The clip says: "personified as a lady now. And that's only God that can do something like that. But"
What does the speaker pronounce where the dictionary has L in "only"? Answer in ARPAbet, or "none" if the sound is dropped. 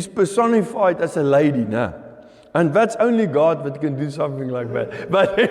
L